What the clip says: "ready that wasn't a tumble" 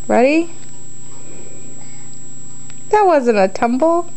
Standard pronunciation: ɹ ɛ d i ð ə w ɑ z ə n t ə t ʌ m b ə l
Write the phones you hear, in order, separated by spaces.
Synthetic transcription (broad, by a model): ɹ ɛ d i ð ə w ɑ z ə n ə t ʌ m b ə